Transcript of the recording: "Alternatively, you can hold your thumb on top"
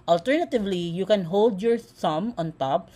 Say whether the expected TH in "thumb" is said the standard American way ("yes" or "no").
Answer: no